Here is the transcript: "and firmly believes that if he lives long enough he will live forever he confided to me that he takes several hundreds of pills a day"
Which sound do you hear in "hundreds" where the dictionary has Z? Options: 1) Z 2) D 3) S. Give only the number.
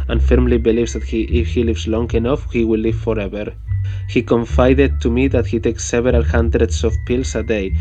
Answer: 3